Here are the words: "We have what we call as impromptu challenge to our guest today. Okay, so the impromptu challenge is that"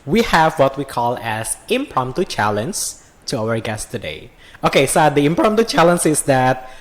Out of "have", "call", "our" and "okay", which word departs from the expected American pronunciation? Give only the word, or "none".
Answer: none